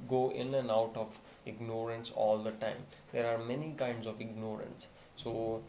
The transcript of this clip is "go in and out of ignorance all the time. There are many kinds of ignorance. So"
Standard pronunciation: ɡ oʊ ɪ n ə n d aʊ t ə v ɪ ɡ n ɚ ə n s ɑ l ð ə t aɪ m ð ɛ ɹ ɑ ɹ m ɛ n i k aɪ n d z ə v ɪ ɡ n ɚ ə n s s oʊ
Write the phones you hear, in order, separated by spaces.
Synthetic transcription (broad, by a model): ɡ oʊ ɪ n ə n aʊ t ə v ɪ ɡ n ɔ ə n s ɑ l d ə t aɪ m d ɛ ɹ ɑ ɹ m ɛ n i k aɪ n d z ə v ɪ ɡ n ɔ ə n s s oʊ